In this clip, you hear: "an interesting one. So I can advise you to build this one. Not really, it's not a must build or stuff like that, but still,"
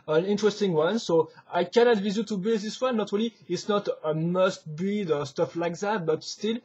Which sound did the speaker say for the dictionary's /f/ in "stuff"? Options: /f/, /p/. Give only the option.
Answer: /f/